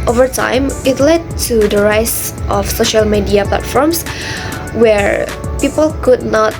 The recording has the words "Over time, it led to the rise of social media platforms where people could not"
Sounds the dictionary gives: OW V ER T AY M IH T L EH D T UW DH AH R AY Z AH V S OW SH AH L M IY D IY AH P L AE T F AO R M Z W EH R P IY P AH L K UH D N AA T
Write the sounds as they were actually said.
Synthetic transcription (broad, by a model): OW V ER T AY M IH T L EH D T UW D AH R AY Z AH F S OW SH AH L M IY D IY AH P L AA T F AO R M S W EH R P IY P AH L K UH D N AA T